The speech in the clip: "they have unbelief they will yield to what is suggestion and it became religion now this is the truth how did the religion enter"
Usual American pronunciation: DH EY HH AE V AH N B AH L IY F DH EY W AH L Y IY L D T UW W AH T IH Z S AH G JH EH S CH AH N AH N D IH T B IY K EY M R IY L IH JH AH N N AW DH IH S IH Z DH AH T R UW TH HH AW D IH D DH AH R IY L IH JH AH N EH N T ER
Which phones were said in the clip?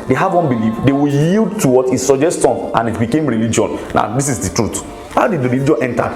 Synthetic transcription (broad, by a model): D EY HH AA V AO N B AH L IY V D EY W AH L Y IY L D T UW W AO T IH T S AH JH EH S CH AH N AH N IH T B IY K EY M R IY L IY JH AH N N AW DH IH S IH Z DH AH T R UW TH HH AW D IH D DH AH R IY L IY JH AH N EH N T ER